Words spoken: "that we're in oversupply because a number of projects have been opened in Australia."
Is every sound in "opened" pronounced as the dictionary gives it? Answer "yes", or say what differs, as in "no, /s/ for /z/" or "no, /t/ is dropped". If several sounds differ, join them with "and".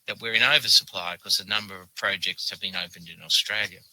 yes